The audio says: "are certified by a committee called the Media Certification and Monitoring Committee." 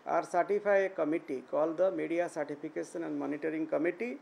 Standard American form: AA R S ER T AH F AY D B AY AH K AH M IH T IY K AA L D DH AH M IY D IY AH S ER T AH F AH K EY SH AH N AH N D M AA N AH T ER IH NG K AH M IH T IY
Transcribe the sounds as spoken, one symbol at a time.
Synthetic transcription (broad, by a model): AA R S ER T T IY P AY AH K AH M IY T IY K AA L D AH M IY D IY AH S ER T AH P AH K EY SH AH N AH N D M AA N AH T ER IH NG K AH M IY T IY